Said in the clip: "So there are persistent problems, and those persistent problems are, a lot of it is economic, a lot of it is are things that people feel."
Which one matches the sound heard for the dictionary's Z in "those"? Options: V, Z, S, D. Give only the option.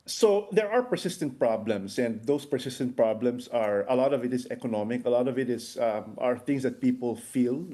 S